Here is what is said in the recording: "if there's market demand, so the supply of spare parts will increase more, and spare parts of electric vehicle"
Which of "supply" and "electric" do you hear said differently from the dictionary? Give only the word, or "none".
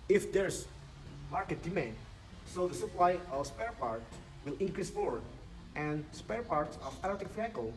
electric